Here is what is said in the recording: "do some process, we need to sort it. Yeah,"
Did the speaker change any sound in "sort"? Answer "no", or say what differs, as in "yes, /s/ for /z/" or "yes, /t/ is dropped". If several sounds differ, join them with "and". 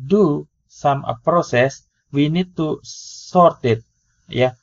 no